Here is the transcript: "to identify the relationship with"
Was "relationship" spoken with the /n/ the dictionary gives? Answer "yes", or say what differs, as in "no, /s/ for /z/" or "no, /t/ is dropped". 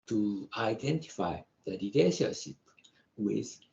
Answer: no, /n/ is dropped